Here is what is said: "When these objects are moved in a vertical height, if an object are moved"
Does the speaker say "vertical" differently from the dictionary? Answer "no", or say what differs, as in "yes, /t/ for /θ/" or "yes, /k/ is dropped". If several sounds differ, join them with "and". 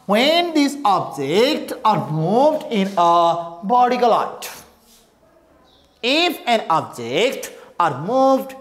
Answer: yes, /b/ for /v/